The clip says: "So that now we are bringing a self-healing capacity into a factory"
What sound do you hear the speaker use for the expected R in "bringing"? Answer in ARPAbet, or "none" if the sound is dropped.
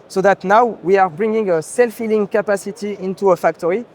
R